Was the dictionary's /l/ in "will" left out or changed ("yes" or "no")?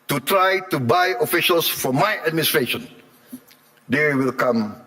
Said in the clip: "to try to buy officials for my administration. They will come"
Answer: no